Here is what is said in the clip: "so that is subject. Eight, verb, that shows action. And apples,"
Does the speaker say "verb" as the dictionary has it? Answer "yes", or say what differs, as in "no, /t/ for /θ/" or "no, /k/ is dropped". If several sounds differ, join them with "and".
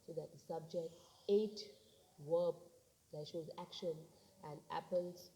no, /w/ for /v/